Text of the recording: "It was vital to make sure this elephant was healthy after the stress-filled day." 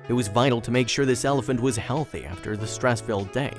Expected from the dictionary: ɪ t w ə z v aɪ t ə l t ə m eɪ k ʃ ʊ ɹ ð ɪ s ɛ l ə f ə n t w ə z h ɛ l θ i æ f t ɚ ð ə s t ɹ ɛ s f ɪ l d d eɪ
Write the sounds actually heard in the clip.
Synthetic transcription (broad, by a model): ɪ t w ə z v aɪ t l t ə m eɪ k ʃ ʊ ɹ ð ɪ s ɛ l ə f ə n t w ə z h ɛ l θ i æ f t ɚ ð ə s t ɹ ɛ s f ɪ l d d eɪ